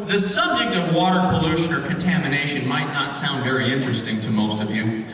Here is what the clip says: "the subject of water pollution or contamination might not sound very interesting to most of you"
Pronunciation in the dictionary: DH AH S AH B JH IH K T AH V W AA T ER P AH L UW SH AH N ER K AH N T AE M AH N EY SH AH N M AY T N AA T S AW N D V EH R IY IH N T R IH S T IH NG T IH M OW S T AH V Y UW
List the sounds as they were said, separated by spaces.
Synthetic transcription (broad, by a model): DH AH S AH B JH IH K T AH V W AA T ER P AH L UW SH AH N ER K AH N T AE M AH N EY SH AH N M AY T N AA T S AW N D V EH R IY IH N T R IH S T IH NG T IH M OW S T AH V Y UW